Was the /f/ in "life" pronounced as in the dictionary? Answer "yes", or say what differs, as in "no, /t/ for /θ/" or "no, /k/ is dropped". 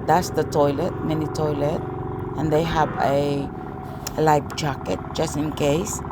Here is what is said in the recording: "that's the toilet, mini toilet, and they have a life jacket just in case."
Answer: no, /p/ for /f/